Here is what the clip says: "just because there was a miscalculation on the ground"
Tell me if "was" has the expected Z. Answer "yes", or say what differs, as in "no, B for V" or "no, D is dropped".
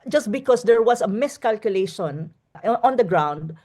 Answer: no, S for Z